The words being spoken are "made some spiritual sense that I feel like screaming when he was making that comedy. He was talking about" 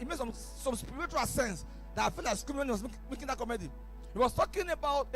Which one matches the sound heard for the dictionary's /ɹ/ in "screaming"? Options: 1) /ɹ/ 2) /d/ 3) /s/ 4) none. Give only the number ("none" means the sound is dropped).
4